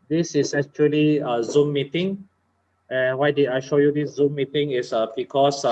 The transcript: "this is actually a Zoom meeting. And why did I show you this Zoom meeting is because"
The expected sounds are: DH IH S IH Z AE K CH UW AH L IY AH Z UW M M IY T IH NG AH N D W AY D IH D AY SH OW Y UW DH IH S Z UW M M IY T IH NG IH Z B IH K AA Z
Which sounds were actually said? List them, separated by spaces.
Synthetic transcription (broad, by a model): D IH S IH S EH K CH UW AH L IY AH Z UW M M IY T IH NG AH N W AY D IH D AY SH OW Y UW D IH S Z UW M M IY T IH NG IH S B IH K AA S